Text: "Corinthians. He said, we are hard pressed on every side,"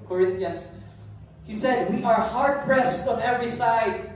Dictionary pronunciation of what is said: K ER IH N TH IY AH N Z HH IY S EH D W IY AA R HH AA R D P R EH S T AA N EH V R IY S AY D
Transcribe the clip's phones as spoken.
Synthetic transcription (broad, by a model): K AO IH N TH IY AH N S HH IY S EH D W IY AA R HH AA R D P R EH S T AA N EH V R IY S AY D